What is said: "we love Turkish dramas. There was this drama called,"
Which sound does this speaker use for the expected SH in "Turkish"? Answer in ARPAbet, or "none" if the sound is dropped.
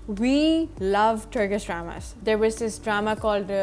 S